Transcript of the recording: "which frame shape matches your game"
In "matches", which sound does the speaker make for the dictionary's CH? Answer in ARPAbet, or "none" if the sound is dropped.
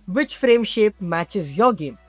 CH